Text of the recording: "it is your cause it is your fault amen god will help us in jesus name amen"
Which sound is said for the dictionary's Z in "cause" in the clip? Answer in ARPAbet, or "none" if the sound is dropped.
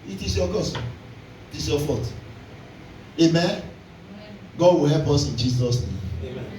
S